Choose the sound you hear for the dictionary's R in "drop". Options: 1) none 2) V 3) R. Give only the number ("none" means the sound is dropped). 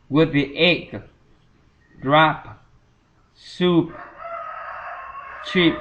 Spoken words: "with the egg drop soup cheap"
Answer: 3